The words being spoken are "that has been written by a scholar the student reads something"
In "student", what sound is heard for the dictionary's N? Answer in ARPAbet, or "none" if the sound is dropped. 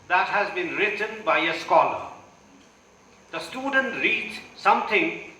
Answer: N